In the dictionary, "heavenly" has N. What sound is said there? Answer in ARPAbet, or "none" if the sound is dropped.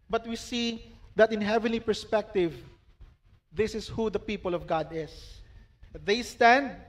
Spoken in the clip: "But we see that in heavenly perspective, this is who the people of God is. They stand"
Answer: N